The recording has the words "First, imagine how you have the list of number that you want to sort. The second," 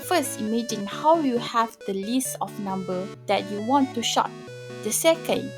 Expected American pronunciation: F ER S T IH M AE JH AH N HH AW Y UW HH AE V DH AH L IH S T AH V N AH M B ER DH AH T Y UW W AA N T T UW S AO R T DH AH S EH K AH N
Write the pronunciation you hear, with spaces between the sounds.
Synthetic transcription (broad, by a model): F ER S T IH M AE JH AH N HH AW Y UW HH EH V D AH L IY S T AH F N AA M B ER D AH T Y UW W AA N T T UW SH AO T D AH S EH K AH N